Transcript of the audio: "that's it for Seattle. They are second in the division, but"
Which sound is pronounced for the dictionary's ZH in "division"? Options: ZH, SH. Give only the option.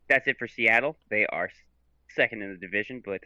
ZH